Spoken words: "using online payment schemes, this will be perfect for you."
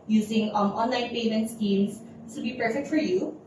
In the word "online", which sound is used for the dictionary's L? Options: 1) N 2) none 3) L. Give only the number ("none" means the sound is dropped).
3